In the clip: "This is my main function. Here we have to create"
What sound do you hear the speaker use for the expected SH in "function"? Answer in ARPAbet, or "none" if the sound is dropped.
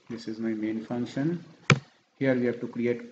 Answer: SH